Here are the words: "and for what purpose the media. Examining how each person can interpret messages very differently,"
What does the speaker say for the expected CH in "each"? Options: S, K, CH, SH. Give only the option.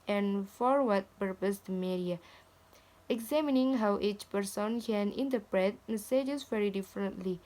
CH